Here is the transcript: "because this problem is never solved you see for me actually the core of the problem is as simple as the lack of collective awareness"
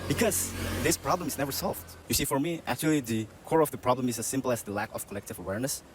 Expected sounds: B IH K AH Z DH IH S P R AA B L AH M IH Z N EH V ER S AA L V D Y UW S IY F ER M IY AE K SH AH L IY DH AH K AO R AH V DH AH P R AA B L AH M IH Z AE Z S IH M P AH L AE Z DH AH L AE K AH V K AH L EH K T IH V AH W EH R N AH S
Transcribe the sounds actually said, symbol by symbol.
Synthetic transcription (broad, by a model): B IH K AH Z DH IH S P R AA B L AH M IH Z N EH V ER S AA L V D Y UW S IY F ER M IY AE K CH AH L IY DH AH K AO R AH V DH AH P R AA B L AH M IH Z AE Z S IH M P L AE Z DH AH L AE K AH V K AH L EH K T IH V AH W EH R N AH S